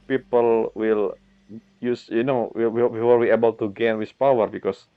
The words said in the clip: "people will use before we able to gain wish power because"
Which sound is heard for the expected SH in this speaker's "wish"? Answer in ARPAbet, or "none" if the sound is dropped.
S